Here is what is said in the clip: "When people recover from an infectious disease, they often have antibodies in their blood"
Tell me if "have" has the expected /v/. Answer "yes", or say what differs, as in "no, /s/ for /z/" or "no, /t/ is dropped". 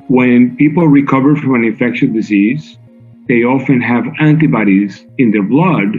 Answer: yes